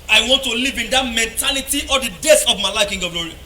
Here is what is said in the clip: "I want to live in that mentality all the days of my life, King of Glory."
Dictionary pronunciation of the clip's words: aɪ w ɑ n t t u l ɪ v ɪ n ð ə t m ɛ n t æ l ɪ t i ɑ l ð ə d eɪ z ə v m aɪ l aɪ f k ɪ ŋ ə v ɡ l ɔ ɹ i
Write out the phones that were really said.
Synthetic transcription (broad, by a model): aɪ w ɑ n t t u l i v ɪ n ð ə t m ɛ n t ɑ l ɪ t i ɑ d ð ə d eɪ s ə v m aɪ l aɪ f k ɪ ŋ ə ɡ l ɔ ɹ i